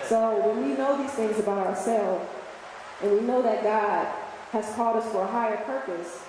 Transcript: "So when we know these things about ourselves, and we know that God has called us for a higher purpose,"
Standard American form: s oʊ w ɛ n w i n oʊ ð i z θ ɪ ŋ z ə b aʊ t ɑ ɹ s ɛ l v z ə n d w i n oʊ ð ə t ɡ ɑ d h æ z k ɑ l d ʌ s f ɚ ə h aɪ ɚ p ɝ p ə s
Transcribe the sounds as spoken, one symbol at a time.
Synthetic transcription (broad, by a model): s oʊ w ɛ n w i n oʊ ð i z θ ɪ ŋ z ə b aʊ t ɑ ɹ s ɛ l v z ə n w i n oʊ ð ə t ɡ ɑ d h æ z k ɑ l d ʌ s f ɚ ə h aɪ ɚ p ɝ p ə s